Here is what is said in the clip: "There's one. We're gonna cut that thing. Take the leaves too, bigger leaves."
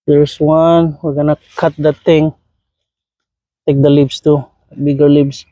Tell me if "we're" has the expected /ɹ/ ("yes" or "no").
yes